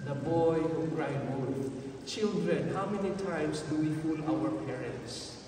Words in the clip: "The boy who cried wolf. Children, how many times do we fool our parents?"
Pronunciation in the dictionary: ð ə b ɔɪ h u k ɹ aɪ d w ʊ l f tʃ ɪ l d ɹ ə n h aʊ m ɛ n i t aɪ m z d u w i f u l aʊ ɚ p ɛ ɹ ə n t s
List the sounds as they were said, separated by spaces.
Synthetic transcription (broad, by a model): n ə b ɔɪ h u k ɹ aɪ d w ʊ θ tʃ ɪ l d ɹ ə n h aʊ m ɛ n i t aɪ m s d u w i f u l aʊ ɚ p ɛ ɹ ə n t s